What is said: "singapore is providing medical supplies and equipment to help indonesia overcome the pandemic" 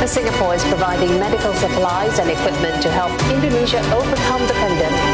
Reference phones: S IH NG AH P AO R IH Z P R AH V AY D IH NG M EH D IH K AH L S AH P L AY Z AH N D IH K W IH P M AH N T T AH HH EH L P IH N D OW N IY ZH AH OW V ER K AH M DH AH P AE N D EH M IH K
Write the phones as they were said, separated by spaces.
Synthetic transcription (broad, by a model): S IH NG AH P AO R IH Z P R AH V AY D IH NG M EH D IH K AH L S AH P L AY Z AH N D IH K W IH P M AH N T T AH HH EH L P IH N D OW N IY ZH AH OW V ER K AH M DH AH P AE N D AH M